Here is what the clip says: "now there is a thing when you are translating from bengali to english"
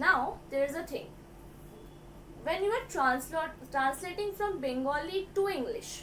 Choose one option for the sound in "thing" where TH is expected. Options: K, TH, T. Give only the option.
T